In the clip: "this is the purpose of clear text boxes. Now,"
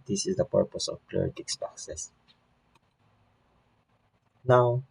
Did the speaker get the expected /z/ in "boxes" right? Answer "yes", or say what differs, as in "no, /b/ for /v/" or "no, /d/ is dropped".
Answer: no, /s/ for /z/